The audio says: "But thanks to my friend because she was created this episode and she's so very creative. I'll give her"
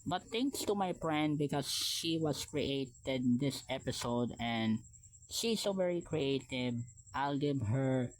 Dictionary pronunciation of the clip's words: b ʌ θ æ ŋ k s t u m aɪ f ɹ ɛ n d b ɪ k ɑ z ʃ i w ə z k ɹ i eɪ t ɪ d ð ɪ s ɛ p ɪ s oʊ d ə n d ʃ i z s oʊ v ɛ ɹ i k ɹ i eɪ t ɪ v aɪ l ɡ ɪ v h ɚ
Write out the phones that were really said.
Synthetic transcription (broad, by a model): b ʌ t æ ŋ k s t u m aɪ p ɹ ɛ n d b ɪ k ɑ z ʃ i w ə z k ɹ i eɪ t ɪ d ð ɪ s ɛ p ɪ s oʊ d ə n d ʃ i s oʊ v ɛ ɹ i k ɹ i eɪ t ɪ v aɪ l ɡ ɪ v h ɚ